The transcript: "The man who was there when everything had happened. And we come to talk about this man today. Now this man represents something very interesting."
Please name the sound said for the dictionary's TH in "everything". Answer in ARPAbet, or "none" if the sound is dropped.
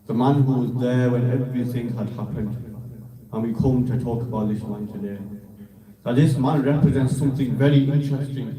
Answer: TH